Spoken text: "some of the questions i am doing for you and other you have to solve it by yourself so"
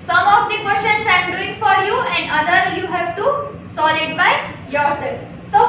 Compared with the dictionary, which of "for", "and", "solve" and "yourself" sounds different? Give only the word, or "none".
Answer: solve